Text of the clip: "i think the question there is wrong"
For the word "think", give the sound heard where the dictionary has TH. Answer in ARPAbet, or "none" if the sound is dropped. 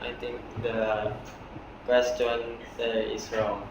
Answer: T